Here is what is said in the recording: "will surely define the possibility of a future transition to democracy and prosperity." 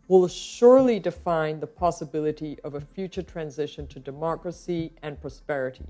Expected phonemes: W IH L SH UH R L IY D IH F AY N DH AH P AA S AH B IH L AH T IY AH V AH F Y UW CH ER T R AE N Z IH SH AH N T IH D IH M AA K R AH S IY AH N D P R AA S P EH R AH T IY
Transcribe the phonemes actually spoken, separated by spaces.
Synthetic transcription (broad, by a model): W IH L SH UH R L IY D IH F AY N DH AH P AA S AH B IH L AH T IY AH V AH F Y UW CH ER T R AE N Z IH SH AH N T IH D IH M AA K R AH S IY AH N P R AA S P EH R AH T IY